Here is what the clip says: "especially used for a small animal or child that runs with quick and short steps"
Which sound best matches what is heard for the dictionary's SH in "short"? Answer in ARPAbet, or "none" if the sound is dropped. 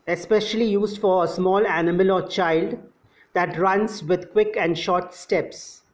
SH